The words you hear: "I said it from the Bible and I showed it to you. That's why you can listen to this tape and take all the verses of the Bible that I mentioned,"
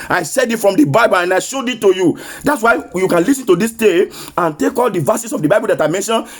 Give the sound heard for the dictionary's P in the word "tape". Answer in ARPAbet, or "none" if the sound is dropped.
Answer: none